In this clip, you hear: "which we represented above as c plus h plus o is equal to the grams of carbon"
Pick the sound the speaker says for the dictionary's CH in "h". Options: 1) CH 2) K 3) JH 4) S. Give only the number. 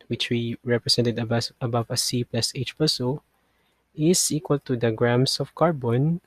1